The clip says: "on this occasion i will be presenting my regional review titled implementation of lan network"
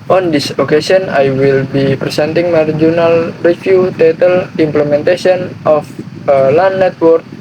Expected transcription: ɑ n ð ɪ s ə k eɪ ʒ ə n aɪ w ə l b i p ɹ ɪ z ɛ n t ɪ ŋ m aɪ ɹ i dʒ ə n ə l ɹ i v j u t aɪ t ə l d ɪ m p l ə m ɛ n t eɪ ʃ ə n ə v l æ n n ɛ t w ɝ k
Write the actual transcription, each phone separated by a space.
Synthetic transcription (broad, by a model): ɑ n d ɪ s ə k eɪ s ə n aɪ w ə l b i p ɹ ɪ s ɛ n t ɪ ŋ m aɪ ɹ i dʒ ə n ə l ɹ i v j u t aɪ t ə l ɪ m p l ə m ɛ n t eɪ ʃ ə n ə f l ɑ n n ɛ t w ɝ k